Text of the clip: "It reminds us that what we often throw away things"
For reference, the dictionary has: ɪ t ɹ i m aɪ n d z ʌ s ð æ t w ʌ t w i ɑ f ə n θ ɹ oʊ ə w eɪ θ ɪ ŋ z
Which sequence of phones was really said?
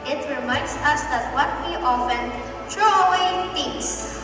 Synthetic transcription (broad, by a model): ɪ t ɹ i m aɪ n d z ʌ s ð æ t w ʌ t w i ɑ f ə n t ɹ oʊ ə w eɪ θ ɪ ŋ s